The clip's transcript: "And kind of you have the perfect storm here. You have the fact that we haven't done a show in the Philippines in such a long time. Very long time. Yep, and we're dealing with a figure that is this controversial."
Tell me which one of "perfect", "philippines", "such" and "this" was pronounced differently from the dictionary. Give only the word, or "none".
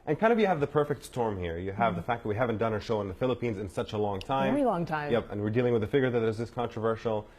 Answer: none